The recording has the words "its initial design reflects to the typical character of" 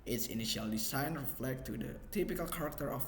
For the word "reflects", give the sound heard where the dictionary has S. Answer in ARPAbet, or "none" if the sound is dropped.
none